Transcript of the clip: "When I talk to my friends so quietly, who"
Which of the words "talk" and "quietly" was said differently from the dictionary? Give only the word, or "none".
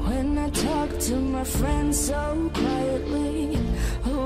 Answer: none